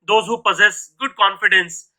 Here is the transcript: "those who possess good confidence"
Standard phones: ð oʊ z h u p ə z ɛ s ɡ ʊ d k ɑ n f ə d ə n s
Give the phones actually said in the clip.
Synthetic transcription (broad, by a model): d oʊ z h u p ə z ɛ s ɡ ʊ d k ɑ n f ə d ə n s